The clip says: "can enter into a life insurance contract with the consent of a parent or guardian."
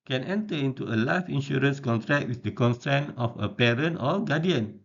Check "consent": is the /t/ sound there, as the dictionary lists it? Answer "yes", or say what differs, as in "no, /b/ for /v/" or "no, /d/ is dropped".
no, /t/ is dropped